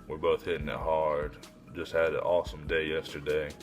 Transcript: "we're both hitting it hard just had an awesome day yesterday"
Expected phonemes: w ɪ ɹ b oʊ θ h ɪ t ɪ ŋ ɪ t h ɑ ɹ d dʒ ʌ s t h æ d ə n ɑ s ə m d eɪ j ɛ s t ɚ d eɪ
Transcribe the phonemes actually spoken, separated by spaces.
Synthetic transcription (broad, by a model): w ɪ ɹ b oʊ θ h ɪ t ɪ ŋ ɪ t h ɑ ɹ d dʒ ʌ s t h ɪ d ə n ɑ s ə m d eɪ j ɛ s t ɚ d eɪ